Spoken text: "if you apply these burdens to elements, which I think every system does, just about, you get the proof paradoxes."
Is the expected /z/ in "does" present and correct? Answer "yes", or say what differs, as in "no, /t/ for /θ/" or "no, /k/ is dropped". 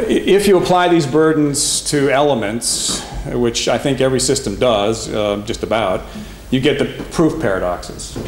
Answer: yes